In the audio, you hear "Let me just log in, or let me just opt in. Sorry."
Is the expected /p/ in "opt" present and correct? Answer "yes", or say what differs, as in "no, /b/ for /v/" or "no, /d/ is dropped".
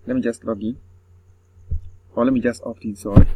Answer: no, /f/ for /p/